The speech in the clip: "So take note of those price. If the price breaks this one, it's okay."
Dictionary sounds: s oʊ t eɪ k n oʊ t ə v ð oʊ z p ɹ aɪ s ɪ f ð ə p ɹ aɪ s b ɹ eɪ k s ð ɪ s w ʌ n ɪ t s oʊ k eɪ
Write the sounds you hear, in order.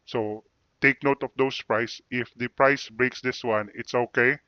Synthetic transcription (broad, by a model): s oʊ t eɪ k n oʊ t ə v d oʊ s p ɹ aɪ s ɪ f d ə p ɹ aɪ s b ɹ eɪ k s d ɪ s w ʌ n ɪ t s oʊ k eɪ